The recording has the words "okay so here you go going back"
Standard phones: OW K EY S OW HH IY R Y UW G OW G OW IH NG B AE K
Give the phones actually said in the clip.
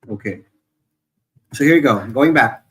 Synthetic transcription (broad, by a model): OW K EY S OW HH IY R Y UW G OW G OW IH NG B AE K